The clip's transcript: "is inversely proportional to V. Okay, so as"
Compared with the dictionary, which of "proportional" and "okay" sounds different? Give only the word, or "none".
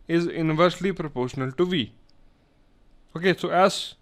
none